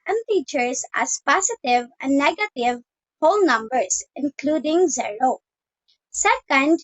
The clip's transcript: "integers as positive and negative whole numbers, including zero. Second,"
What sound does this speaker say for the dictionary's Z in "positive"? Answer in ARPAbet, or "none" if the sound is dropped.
S